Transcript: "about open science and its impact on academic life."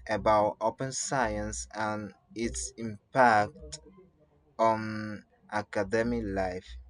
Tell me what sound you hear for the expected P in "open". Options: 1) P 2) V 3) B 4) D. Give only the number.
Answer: 1